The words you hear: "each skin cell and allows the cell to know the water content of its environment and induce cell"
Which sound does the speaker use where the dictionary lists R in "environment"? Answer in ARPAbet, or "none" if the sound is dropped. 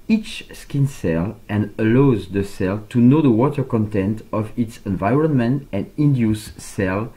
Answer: R